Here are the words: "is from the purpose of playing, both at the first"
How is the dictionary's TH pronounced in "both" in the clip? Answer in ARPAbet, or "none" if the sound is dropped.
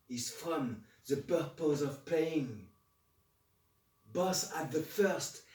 S